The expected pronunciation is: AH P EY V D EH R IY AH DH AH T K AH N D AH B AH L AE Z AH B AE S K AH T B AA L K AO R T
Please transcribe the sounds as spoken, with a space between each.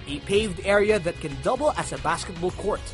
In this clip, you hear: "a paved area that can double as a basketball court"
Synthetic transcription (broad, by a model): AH P EY V D EH R IY AH DH AH T K AH N D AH B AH L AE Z AH B AE S K AH T B AA L K AO R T